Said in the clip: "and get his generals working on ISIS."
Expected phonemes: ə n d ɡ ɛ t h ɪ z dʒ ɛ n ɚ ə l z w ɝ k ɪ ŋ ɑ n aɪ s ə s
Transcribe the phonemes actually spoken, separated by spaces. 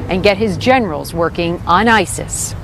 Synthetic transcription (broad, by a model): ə n ɡ ɛ t h ɪ z dʒ ɛ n ɚ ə l z w ɝ k ɪ ŋ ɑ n aɪ s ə s